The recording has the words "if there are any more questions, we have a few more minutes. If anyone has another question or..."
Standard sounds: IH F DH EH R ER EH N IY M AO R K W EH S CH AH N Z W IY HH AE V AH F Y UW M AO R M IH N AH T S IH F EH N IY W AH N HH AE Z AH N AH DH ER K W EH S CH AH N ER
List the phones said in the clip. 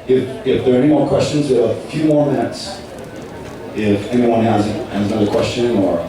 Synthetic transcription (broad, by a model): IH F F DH ER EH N IY M AO R K W EH S CH AH N Z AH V AH F Y UW M AO R M IH N AH T S IH F EH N IY W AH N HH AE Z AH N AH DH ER K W EH S CH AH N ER